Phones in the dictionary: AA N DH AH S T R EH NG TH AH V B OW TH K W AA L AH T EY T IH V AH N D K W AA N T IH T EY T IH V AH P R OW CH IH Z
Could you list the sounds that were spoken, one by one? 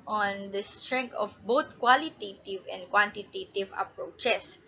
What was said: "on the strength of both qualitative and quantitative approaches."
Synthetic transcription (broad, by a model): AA N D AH S T R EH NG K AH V B OW T K W AA L AH T EY T IH V AH N D K W AA N T IH T EY T IH V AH P R OW CH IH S